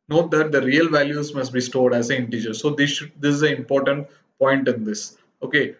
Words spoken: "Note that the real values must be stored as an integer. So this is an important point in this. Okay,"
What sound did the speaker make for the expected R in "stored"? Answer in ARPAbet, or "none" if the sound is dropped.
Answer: R